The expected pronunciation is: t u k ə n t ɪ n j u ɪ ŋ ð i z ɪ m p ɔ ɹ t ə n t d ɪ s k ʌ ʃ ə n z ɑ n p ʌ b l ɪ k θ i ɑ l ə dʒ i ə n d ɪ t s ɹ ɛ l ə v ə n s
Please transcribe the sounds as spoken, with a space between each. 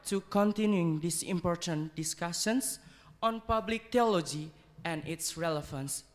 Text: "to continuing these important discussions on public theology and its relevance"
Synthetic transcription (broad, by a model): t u k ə n t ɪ n j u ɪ ŋ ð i s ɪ m p ɔ ɹ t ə n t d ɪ s k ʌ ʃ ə n s ɑ n p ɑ b l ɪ k t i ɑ l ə dʒ i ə n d ɪ t s ɹ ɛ l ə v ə n s